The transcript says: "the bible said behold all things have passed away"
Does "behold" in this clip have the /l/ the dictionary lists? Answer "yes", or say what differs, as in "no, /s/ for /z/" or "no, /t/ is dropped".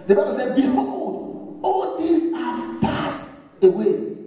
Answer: no, /l/ is dropped